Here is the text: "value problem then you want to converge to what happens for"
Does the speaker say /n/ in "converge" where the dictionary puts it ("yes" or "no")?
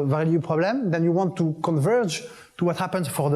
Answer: yes